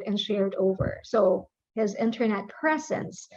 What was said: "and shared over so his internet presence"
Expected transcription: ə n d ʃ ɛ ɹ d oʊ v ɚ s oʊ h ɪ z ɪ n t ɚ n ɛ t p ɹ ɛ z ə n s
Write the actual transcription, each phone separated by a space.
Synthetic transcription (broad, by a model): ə n ʃ ɛ ɹ d oʊ v ɚ s oʊ h ɪ z ɪ n t ɚ n ɛ t p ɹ ɛ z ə n s